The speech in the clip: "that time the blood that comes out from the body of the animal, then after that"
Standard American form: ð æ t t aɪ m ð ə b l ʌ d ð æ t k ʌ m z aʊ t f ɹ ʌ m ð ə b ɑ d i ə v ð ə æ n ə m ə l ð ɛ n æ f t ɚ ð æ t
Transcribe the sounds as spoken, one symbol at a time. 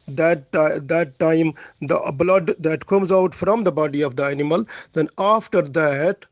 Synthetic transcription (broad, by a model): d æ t t aɪ m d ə b l ʌ d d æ t k ʌ m z aʊ t f ɹ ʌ m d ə b ɑ d i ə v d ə æ n ə m ə l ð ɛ n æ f t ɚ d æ t